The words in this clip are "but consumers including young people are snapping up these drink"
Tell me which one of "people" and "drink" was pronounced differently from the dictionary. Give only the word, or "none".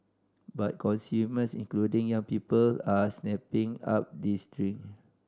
drink